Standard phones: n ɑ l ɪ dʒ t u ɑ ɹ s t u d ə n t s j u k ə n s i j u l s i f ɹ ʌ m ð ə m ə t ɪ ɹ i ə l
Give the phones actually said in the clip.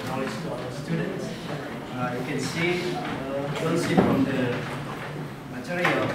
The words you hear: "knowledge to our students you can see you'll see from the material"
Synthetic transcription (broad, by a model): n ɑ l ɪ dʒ t u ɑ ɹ s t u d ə n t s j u k ə n s i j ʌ n s i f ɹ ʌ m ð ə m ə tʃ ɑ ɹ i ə